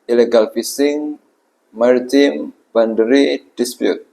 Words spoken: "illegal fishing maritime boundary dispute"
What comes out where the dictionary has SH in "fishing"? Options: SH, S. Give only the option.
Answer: S